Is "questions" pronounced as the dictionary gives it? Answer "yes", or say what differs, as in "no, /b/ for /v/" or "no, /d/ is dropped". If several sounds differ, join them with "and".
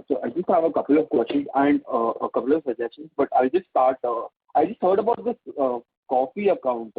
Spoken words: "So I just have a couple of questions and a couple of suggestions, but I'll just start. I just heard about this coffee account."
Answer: no, /s/ is dropped